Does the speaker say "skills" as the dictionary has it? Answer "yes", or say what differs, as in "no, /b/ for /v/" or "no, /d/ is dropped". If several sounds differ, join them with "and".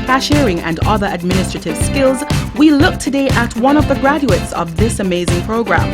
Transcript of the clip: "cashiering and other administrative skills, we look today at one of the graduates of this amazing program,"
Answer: yes